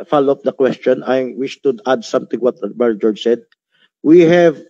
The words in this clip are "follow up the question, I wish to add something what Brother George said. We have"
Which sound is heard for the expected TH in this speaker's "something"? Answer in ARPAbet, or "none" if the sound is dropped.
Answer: T